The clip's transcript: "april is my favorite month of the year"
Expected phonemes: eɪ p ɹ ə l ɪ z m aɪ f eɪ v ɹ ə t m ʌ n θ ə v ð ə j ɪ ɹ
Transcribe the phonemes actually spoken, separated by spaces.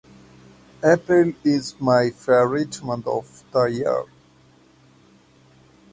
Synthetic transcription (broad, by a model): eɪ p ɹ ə l ɪ z m aɪ f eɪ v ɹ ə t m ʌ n t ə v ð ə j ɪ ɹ